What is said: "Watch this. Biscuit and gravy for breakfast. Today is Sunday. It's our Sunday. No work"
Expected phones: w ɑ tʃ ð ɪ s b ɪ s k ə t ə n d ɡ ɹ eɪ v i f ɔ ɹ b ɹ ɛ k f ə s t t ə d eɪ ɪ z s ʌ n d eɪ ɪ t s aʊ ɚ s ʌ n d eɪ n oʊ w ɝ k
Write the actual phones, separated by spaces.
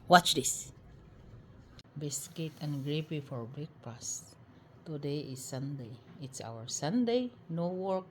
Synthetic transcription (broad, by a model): w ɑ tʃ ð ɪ s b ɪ s k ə t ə n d ɡ ɹ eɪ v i f ɔ ɹ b ɛ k p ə s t t ə d eɪ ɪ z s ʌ n d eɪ ɪ t s aʊ ɚ s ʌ n d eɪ n oʊ w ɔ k